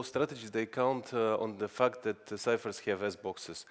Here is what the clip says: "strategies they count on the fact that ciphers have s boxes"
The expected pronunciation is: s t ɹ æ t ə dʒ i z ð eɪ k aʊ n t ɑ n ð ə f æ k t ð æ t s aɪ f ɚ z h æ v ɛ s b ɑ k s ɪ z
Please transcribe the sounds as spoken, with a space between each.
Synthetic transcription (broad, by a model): s t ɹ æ t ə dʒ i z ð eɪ k aʊ n t ɑ n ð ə f æ k t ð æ t s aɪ f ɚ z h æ v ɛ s b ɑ k s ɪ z